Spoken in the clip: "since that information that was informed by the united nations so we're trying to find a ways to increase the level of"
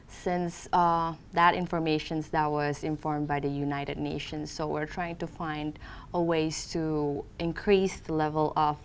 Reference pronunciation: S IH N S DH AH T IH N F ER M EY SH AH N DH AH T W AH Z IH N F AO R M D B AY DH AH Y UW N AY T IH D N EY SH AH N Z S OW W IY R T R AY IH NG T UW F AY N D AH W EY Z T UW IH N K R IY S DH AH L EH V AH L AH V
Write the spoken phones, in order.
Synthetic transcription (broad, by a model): S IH N S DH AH T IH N F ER M EY SH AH N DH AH T W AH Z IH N F AO R M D B AY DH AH Y UW N AY T IH D N EY SH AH N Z S OW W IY R T R AY IH NG T UW F AY N D AH W EY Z T UW IH N K R IY S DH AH L EH V AH L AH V